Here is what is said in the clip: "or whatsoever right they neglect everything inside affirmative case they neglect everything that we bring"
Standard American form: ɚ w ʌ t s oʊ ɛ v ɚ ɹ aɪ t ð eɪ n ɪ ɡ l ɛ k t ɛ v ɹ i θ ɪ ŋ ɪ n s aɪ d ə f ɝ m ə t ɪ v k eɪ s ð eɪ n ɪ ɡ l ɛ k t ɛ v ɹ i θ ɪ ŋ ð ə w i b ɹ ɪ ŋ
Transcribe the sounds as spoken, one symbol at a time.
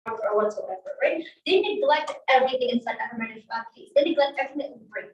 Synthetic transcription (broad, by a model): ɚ w ʌ t s oʊ ɛ v ɚ ɹ aɪ t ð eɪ n ɪ ɡ l ɛ k t ɛ v ɹ i θ ɪ ŋ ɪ n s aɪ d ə ɝ m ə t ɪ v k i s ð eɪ n ɪ ɡ l ɛ k t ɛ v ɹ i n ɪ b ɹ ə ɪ